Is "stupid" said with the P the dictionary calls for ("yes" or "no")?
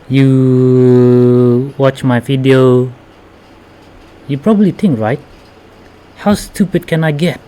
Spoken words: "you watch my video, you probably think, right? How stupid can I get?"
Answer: yes